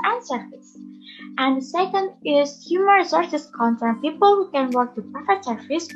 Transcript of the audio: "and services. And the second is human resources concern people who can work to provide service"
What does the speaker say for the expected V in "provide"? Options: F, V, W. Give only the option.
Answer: F